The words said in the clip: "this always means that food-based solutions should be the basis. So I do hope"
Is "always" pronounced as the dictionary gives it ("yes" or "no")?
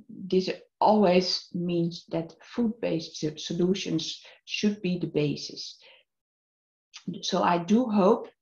yes